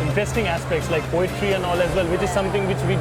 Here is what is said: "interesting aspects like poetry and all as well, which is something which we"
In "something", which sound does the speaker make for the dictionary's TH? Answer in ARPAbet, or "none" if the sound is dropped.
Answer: T